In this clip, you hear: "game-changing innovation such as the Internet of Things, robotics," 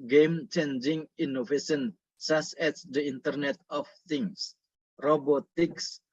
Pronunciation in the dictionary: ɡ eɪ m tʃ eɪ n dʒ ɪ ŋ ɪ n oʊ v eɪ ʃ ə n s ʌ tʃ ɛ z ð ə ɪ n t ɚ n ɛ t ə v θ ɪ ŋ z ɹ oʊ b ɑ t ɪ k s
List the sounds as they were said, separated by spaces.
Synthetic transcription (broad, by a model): ɡ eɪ m tʃ eɪ n dʒ ɪ ŋ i n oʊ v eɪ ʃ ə n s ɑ s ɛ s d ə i n t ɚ n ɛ t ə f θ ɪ ŋ s ɹ oʊ b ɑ t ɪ k s